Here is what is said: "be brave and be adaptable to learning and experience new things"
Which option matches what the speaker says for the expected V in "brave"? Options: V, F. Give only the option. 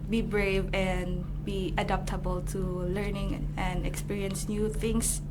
V